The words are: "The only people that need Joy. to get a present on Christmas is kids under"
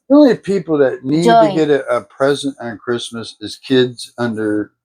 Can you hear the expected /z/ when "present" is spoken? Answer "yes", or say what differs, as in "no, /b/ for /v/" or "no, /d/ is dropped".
yes